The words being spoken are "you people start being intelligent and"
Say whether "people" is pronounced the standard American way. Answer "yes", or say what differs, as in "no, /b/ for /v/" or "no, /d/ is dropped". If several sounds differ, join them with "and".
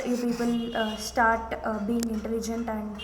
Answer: no, /n/ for /l/